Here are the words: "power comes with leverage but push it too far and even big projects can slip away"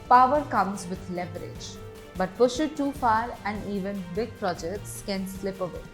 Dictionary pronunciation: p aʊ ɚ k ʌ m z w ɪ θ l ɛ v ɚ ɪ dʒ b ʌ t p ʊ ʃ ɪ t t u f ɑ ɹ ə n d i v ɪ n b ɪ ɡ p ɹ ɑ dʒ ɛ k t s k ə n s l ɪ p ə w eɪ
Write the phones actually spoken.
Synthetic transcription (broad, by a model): p aʊ ɚ k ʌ m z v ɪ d l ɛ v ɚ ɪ dʒ b ʌ t p ʊ ʃ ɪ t t u f ɑ ɹ ə n d i v ɪ n b ɪ ɡ p ɹ ɑ dʒ ɛ k t s k ə n s l ɪ p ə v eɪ